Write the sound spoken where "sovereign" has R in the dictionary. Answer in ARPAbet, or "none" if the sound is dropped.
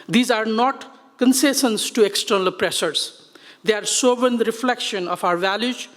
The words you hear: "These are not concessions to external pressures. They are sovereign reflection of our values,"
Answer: none